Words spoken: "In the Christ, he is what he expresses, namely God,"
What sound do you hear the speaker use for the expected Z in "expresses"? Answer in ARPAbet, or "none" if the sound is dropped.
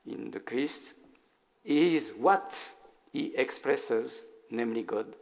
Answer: Z